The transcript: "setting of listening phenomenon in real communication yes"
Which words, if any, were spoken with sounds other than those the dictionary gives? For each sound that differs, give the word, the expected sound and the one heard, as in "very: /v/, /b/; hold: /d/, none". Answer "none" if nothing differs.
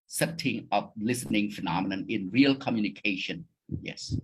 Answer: of: /v/, /p/